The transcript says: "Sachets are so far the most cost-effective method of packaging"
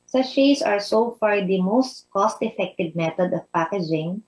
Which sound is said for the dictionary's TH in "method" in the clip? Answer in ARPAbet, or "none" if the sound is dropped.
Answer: T